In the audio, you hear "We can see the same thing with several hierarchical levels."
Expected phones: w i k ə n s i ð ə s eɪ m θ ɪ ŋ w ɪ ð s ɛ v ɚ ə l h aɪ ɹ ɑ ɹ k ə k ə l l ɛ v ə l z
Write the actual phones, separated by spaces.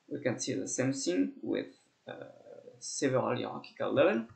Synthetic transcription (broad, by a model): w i k ə n s i ð ə s eɪ m s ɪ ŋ w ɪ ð s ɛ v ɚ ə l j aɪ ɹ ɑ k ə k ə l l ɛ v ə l